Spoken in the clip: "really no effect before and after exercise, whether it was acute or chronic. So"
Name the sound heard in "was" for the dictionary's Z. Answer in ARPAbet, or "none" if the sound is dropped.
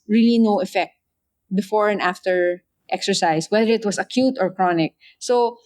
S